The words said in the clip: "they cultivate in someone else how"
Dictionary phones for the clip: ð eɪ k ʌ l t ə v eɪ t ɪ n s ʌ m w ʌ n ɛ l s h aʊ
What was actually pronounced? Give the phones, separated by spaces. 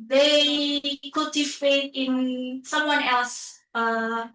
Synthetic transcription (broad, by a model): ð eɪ k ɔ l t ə f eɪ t ɪ n s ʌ m w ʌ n ɛ l s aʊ